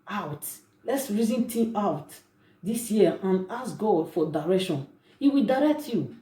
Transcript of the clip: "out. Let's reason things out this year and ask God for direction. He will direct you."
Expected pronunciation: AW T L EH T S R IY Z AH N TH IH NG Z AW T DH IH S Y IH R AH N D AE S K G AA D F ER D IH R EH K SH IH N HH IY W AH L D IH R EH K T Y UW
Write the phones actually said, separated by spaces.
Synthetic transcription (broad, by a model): AW T L EH T S R IY Z AH N T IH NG AW T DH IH S Y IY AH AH N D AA S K G AA D F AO D IH R EH K SH IH N HH IY W AH L D IH R EH K T Y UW